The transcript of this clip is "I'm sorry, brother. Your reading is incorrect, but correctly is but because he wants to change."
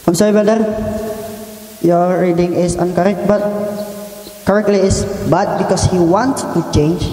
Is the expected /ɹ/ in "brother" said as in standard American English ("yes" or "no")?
no